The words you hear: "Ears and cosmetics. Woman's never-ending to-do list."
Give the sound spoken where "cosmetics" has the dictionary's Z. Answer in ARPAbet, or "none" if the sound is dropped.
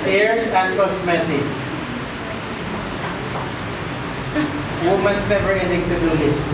S